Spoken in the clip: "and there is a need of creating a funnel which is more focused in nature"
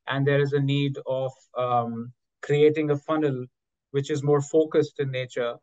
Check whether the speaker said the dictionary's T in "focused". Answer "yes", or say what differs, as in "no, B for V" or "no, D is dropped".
yes